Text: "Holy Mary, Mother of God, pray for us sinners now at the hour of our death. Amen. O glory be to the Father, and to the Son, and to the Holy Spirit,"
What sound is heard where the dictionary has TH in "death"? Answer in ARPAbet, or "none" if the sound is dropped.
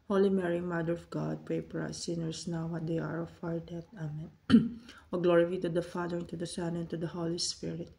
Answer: T